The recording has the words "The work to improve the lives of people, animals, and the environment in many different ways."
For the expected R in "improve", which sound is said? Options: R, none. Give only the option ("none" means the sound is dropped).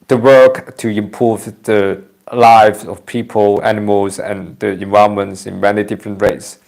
none